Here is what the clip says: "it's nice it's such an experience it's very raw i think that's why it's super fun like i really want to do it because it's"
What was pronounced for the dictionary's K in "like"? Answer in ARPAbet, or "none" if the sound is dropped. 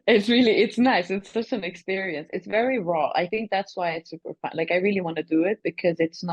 K